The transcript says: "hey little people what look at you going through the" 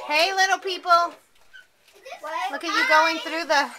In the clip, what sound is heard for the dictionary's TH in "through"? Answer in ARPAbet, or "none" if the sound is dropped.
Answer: TH